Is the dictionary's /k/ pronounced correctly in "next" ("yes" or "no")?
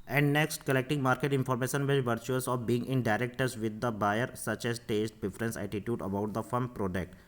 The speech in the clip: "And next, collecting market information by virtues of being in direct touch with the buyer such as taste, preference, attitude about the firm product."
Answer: yes